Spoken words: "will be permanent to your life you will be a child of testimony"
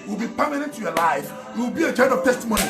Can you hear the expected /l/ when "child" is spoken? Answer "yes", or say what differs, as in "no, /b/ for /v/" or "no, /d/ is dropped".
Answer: no, /n/ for /l/